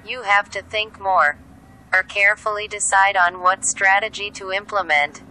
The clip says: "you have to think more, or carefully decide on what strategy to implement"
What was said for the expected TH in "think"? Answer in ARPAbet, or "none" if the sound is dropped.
TH